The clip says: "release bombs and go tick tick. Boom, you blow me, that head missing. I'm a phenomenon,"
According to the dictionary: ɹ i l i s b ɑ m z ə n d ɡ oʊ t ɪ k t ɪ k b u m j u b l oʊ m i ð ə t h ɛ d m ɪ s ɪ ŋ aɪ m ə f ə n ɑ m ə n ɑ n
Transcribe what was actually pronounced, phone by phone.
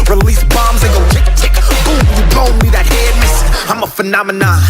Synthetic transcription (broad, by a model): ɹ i l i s b ɑ m z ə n ɡ oʊ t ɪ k t ɪ k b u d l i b oʊ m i ð ə t h ɛ d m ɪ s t aɪ m ə f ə n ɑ m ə n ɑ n